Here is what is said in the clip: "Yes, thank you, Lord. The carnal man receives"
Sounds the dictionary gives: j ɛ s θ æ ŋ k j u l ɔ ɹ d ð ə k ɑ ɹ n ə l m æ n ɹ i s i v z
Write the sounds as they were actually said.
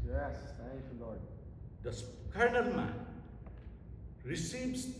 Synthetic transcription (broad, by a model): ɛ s t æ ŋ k j u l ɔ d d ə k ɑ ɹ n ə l m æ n ɹ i s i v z